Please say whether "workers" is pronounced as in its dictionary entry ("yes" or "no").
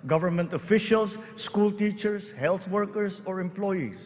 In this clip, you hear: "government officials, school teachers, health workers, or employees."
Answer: no